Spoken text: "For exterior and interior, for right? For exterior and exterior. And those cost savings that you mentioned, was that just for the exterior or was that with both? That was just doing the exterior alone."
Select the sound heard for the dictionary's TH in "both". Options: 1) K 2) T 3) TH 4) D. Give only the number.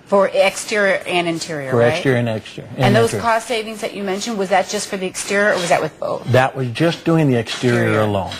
3